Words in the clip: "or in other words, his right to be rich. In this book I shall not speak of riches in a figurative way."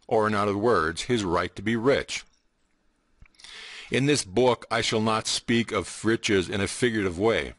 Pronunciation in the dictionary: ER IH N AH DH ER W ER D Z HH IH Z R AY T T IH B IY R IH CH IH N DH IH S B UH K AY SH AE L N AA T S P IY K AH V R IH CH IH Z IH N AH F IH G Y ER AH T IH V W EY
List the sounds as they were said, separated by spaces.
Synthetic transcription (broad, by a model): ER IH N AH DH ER W ER D Z HH IH Z R AY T T IH B IY R IH CH IH N DH IH S B UH K AY SH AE L N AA T S P IY K AH V R IH CH IH Z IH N AH F IH G Y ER T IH V W EY